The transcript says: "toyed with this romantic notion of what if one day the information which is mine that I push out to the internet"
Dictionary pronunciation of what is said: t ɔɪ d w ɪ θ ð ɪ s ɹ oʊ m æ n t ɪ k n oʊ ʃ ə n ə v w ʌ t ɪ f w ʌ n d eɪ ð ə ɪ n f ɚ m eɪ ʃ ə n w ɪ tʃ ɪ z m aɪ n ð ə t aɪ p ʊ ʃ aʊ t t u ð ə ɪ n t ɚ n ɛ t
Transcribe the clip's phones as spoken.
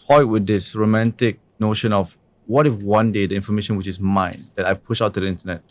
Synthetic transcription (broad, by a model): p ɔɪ w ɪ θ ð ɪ s ɹ oʊ m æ n t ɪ k n oʊ ʃ ə n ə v w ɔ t ɪ f w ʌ n d eɪ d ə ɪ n f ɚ m eɪ ʃ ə n w ɪ tʃ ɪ s m aɪ n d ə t aɪ p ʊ ʃ aʊ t t u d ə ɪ n t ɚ n ɛ t